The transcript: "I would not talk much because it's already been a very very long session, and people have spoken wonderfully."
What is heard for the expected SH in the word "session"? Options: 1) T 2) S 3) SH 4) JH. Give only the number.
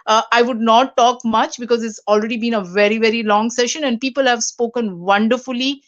3